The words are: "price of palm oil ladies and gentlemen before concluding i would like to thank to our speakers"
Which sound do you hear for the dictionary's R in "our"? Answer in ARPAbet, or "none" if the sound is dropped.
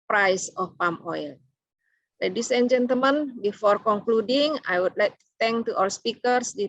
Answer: L